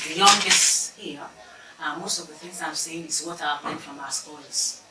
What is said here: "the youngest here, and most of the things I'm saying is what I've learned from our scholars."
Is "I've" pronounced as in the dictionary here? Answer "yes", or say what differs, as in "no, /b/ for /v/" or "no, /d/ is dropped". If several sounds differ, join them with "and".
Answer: no, /p/ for /v/